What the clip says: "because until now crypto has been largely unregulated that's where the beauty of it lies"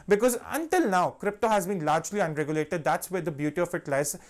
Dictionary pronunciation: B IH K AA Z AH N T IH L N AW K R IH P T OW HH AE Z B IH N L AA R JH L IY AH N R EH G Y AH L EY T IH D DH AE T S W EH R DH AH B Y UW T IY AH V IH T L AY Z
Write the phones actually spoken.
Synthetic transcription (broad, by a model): B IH K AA Z AH N T IH L N AW K R IH P T OW HH AE Z B IH N L AA R JH L IY AH N R EH G Y AH L EY T IH D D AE T S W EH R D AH B Y UW T IY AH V IH T L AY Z